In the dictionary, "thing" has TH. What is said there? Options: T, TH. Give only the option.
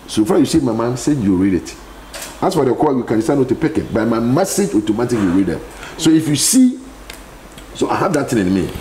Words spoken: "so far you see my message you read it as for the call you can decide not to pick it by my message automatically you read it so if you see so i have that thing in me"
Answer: T